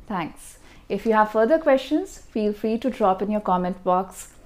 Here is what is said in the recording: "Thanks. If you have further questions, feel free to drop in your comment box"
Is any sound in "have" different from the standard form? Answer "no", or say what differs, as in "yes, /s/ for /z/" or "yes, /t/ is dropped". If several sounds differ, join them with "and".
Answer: no